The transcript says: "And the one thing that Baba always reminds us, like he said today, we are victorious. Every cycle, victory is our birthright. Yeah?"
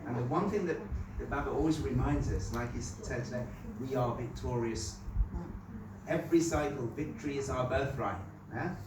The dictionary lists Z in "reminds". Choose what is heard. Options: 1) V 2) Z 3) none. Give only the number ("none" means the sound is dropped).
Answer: 2